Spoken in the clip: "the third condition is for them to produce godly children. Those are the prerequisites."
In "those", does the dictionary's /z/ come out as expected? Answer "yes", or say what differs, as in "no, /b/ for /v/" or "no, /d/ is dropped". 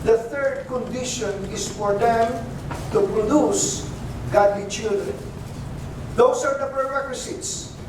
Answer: no, /s/ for /z/